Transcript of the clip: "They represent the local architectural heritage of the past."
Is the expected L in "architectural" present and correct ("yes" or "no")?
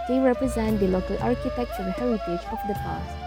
no